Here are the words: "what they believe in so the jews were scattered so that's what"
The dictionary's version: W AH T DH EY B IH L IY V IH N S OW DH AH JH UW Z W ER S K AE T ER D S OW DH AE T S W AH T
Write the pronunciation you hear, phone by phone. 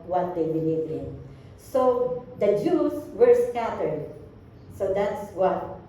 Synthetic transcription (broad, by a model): W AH T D EY B IH L IY V IH N S OW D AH JH UW S W ER S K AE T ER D S OW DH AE T S W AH T